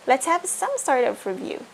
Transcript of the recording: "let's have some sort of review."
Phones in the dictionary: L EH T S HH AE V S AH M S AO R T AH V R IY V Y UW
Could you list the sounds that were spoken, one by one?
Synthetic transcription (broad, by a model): L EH T S HH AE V S AH M S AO R T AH P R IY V Y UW